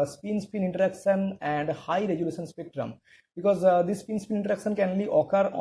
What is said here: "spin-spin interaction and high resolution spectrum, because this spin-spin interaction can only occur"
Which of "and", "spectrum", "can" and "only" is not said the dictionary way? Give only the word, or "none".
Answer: only